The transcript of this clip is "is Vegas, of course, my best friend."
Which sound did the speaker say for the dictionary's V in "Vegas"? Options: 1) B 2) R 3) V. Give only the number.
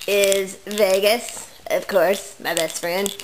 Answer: 3